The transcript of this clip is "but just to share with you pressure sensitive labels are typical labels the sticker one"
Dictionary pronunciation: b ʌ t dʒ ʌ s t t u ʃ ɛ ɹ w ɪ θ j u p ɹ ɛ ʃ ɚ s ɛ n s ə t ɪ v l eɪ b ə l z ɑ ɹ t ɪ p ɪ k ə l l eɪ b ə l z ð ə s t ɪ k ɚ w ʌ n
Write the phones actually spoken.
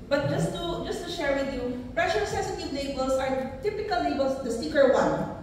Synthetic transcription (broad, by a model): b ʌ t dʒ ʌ s t t u ʃ ɛ ɹ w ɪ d j u p ɹ ɛ ʃ ɚ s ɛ s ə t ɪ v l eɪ b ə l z ɑ ɹ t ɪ p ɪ k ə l l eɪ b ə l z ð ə s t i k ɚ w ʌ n